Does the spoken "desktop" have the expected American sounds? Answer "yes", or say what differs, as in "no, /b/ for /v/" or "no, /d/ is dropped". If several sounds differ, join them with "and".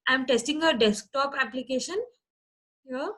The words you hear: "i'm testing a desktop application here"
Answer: yes